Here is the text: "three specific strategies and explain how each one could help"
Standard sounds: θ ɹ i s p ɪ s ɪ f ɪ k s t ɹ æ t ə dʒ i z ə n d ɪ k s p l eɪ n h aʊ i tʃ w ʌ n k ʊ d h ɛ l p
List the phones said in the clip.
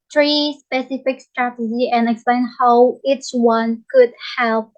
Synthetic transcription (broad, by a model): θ ɹ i s p ɪ s ɪ f ɪ k s t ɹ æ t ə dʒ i ə n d ɪ k s p l eɪ n h aʊ i tʃ w ʌ n k ʊ d h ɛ l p